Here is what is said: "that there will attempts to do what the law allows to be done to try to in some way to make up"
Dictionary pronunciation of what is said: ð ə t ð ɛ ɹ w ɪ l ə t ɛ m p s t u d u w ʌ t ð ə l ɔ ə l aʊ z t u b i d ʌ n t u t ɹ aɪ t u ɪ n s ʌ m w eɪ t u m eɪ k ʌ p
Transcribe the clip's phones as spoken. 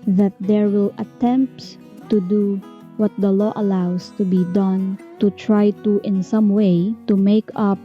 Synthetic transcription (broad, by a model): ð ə t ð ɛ ɹ w ɪ l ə t ɛ m p t u d u w ʌ t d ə l ɔ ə l aʊ s t u b i d ʌ n t u t ɹ aɪ t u ɪ n s ʌ m w eɪ t u m eɪ k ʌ p